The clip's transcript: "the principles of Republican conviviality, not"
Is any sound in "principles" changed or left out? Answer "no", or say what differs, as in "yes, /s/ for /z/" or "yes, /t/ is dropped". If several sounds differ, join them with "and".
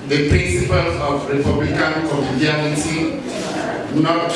yes, /z/ is dropped